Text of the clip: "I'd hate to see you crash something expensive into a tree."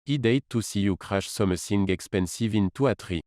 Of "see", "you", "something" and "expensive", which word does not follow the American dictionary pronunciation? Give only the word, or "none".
something